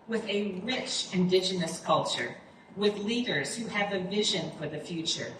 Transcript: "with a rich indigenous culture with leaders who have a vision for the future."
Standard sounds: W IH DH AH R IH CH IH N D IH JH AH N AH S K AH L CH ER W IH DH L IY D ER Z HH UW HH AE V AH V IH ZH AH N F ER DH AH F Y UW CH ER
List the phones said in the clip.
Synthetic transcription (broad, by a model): W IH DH AH R IH CH IH N D IH JH AH N AH S K AH L CH ER W IH DH L IY D ER Z HH UW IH V AH V IH ZH AH N F ER DH AH F Y UW CH ER